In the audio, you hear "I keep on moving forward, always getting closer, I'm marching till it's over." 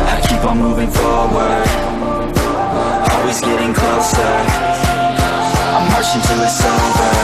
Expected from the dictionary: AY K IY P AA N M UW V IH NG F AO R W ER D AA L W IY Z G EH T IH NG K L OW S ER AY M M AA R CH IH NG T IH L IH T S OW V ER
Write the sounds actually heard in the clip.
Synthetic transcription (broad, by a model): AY K IY P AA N M UW V IH NG F AO R W ER D AA L W IY Z G EH T IH NG K L OW S ER AY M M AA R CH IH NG T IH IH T S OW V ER